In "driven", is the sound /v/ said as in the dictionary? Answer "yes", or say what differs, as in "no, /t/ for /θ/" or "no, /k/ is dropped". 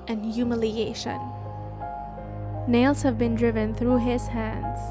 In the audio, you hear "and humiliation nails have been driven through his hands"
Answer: yes